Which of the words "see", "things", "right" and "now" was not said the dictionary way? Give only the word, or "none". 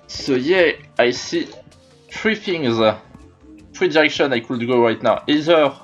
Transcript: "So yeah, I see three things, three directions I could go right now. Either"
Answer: things